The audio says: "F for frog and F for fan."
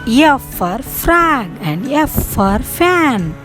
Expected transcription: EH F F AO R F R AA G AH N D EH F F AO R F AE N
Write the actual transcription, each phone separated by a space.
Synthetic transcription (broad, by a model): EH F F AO R F R AA G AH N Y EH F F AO R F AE N